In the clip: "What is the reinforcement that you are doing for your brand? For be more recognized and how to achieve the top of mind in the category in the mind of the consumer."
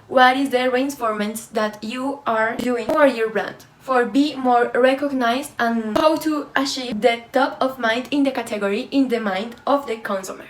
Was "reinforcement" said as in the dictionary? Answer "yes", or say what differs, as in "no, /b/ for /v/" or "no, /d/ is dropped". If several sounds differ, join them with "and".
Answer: no, /s/ is dropped